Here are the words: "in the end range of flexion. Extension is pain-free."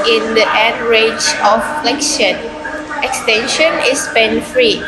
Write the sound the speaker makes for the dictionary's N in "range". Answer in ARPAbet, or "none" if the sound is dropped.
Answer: none